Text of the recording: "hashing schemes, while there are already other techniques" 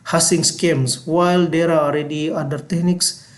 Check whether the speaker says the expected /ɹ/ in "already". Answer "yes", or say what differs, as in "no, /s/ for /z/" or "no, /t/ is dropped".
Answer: no, /l/ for /ɹ/